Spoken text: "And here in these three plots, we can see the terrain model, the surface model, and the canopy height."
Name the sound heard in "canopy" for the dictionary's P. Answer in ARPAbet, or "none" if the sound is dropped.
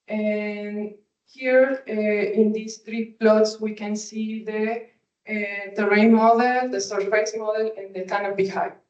B